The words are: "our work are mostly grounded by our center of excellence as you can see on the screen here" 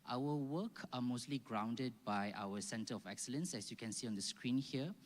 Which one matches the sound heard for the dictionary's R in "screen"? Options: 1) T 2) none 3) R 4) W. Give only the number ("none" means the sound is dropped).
3